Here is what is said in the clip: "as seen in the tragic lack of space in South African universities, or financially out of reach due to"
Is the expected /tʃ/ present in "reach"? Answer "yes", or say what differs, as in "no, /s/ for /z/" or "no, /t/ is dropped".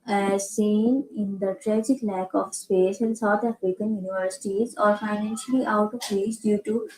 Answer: no, /s/ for /tʃ/